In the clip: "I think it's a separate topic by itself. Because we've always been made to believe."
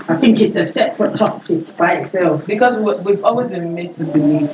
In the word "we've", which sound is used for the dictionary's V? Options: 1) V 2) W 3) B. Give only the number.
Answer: 1